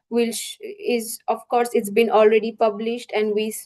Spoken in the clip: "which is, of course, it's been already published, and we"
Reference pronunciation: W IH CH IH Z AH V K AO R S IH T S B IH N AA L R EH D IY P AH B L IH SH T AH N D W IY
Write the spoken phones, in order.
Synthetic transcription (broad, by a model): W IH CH IH Z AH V K AO R S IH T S B IH N AA L R EH D IY P AH B L IH SH T AH N D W IY